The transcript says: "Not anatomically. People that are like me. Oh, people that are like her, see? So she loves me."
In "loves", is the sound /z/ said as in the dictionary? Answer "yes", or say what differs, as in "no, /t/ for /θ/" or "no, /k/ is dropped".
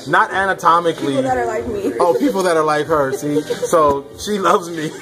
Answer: yes